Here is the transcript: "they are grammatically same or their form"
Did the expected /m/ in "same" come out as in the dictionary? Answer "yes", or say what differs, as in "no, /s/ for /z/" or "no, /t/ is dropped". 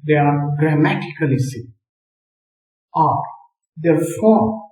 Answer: no, /m/ is dropped